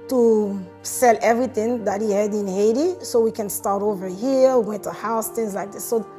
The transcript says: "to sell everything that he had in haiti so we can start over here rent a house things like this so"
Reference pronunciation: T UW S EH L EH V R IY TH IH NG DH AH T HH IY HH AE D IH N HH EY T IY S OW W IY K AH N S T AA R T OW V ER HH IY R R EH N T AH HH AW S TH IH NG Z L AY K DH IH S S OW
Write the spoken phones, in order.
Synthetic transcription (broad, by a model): T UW S EH L EH V R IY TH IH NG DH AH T HH IY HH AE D IH N HH EY T IY S OW W IY K AH N S T AA R T OW V ER HH IY R W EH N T AH HH AW S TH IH NG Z L AY K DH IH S S OW